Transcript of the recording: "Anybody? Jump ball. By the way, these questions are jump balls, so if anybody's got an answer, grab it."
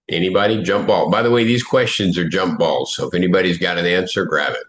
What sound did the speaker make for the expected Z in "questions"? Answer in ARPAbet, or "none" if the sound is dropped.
Z